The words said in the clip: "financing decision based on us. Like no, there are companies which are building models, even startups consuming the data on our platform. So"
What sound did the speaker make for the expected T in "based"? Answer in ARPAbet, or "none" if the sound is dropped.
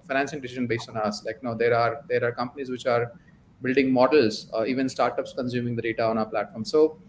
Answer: T